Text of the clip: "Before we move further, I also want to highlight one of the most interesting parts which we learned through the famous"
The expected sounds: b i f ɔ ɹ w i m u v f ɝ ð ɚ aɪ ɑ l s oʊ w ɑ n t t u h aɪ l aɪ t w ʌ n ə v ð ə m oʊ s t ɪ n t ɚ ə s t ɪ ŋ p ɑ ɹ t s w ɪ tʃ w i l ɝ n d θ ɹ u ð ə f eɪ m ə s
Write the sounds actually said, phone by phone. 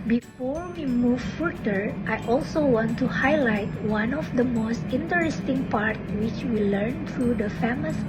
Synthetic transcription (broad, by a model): b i f ɔ ɹ w i m u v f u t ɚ aɪ ɑ l s oʊ w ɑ n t t u h aɪ l aɪ t w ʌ n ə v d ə m oʊ s t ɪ n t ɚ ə s t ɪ ŋ p ɑ ɹ t w ɪ tʃ w i l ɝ n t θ ɹ u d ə f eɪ m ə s